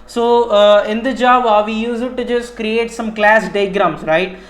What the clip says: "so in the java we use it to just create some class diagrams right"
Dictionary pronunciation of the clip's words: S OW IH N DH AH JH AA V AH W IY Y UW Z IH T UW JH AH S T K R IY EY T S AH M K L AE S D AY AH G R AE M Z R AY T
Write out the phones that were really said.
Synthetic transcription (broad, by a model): S OW IH N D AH JH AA B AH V IY Y UW Z IH T UW JH AH S T K R IY EY T S AH M K L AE S D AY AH G R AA M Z R AY T